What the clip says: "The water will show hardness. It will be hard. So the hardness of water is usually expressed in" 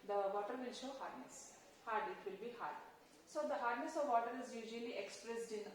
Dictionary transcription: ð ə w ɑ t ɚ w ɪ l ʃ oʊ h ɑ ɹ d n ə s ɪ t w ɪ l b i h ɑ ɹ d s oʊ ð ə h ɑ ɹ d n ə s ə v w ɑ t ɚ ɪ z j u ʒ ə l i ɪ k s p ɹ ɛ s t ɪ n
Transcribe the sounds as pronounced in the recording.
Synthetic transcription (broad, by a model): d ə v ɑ t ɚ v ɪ l ʃ oʊ h ɑ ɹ d n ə s ɪ t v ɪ l b i h ɑ ɹ d s oʊ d ə h ɑ ɹ d n ə s ə v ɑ t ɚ ɪ z j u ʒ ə l i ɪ k s p ɹ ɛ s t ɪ n